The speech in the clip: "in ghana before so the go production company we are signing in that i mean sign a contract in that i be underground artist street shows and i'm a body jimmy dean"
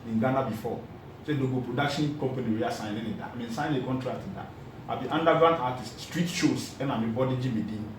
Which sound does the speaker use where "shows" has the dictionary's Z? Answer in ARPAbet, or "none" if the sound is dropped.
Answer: S